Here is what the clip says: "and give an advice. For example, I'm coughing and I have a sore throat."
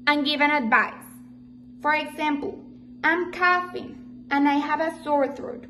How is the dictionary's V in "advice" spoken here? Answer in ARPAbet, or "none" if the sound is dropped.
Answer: V